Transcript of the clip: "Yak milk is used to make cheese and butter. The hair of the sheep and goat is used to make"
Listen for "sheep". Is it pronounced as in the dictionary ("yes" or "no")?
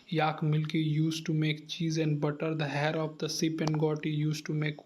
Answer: no